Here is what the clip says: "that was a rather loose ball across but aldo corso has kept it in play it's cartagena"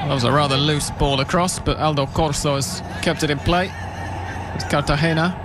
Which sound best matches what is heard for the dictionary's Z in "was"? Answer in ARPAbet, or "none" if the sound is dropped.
Z